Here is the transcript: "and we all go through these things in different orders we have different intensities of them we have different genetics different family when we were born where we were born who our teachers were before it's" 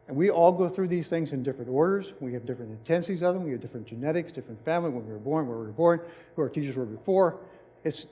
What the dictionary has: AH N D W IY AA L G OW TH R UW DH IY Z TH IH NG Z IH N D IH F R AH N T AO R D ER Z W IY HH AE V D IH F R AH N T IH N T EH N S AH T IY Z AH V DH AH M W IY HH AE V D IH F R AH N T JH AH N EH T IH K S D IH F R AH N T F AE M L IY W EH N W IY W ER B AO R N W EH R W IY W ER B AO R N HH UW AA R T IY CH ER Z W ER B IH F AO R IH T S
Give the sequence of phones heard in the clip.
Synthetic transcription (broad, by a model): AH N W IY AA L G OW TH R UW DH IY Z TH IH NG Z IH N D IH F R AH N T AO R D ER Z W IY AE V D IH F R AH N T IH N T EH N S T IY Z AH V DH AH M W IY V D IH F R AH N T JH AH N EH T IH K S D IH F R AH N T F AE M L IY W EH N W IY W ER B AO R N W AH R W IY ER B AO R N HH UW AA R T IY CH ER Z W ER B IH F AO R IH T S